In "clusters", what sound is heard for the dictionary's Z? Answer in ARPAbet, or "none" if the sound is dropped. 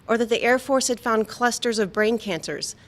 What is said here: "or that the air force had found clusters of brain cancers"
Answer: Z